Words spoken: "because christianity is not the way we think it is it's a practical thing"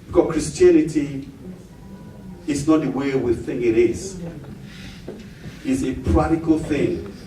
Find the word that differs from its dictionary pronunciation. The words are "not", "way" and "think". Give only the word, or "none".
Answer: think